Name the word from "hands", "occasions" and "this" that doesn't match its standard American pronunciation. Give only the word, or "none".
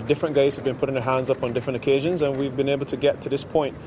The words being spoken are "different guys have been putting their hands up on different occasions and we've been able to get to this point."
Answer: none